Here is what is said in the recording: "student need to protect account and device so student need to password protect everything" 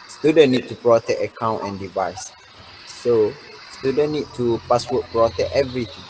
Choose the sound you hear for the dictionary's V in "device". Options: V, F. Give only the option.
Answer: V